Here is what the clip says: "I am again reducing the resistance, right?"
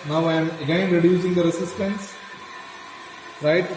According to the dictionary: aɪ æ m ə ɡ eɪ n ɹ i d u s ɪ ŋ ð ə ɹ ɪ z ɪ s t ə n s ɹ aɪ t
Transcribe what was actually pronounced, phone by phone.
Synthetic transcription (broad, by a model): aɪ m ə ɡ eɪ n ɹ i d u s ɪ ŋ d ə ɹ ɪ s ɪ s t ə n s ɹ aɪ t